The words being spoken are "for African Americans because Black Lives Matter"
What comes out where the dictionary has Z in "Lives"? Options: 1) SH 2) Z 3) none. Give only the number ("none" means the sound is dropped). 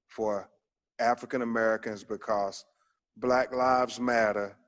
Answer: 2